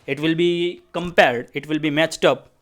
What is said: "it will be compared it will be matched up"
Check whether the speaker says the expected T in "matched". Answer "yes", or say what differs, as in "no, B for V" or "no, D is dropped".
yes